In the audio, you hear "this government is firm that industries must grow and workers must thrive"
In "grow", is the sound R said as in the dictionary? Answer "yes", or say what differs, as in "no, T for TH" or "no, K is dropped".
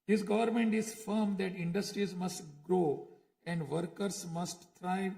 yes